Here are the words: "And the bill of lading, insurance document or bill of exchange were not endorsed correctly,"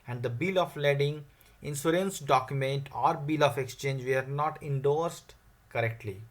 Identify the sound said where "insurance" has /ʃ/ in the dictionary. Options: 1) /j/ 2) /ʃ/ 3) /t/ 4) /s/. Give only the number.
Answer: 4